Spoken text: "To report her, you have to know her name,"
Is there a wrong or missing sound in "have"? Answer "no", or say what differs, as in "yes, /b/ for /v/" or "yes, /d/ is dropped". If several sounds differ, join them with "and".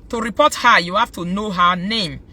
yes, /f/ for /v/